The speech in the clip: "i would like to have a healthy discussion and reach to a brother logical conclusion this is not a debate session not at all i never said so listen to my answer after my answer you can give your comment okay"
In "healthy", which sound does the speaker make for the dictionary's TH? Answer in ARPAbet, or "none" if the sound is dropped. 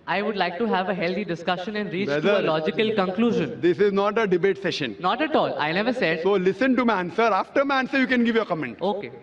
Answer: T